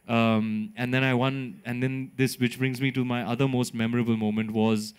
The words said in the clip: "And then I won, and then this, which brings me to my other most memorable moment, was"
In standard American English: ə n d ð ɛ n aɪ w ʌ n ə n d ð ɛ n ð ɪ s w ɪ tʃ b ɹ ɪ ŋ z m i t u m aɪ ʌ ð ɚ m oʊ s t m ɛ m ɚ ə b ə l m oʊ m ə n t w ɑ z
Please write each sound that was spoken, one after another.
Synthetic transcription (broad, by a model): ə n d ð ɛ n aɪ w ʌ n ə n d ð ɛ n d ɪ s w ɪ tʃ b ɹ ɪ ŋ z m i t u m aɪ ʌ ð ɚ m oʊ s t m ɛ m ɚ ə b ə l m oʊ m ə n t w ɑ z